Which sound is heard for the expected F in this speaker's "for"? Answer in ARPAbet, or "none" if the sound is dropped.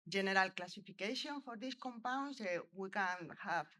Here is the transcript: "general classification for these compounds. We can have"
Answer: F